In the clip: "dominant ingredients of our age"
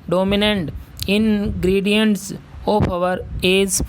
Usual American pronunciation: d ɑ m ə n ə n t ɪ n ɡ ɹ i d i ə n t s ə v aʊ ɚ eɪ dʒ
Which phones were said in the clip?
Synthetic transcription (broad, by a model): d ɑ m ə n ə n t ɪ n ɡ ɹ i d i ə n t s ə p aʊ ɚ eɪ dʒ